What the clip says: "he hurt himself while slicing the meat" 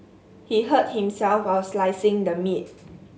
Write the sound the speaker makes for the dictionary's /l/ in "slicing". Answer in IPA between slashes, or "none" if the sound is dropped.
/l/